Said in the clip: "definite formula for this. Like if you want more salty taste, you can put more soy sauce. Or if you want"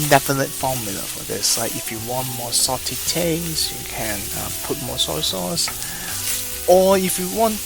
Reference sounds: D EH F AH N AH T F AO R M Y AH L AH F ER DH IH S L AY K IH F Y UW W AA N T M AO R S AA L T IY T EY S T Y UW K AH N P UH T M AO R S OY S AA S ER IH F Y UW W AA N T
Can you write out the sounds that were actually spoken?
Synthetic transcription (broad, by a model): D EH F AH N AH T F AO M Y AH L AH F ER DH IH S L AY K IH F Y UW W AA N T M AO S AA T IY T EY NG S Y UW K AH N P UH T M AO S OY S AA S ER IH F Y UW W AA N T